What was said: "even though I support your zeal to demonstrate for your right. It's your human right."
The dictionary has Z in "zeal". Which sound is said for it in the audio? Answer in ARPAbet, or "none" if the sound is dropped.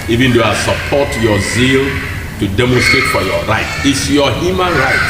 Z